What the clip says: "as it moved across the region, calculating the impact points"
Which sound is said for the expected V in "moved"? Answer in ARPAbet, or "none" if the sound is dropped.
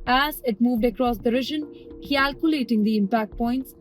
V